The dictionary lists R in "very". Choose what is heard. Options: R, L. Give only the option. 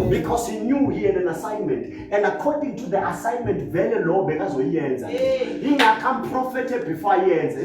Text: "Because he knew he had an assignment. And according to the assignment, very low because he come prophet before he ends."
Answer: L